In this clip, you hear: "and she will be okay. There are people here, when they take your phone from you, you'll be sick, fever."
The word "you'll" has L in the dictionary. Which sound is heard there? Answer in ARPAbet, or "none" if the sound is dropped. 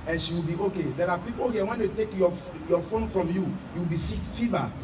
W